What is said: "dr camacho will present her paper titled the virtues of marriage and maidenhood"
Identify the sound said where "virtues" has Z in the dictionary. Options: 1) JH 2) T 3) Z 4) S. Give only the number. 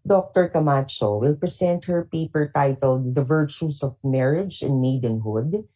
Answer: 4